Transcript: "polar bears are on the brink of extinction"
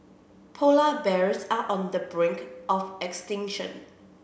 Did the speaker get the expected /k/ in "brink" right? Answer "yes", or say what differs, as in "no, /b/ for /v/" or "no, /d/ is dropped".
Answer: yes